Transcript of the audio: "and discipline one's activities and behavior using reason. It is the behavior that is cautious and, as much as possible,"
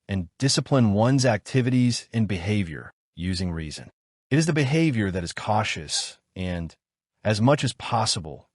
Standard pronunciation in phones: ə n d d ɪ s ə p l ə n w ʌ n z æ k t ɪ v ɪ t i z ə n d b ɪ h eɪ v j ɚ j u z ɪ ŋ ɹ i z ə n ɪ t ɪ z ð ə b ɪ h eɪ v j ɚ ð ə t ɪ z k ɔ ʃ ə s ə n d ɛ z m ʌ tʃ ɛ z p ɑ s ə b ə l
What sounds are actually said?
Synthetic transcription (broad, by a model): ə n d d ɪ s ə p l ə n w ʌ n z æ k t ɪ v ɪ t i z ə n b ɪ h eɪ v j ɚ j u z ɪ ŋ ɹ i z ə n ɪ t ɪ z ð ə b ɪ h eɪ v j ɚ ð ə t ɪ z k ɔ ʃ ə s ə n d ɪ z m ʌ tʃ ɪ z p ɑ s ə b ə l